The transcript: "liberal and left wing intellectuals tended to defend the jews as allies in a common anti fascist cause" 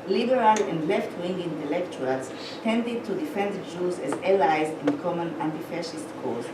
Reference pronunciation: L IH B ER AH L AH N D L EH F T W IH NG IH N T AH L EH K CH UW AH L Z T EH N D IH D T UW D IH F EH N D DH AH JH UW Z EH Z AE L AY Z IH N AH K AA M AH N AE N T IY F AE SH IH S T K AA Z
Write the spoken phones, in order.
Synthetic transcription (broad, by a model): L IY B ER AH L AH N D L EH F T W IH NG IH N T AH L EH K CH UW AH L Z T EH N D IH D T UW D IH F EH N D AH JH UW Z EH Z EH L AY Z IH N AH K AA M AH N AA N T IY F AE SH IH S T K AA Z